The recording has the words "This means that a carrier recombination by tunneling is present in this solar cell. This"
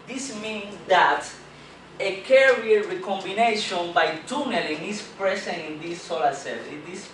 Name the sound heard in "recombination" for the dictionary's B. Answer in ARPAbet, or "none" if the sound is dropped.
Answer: B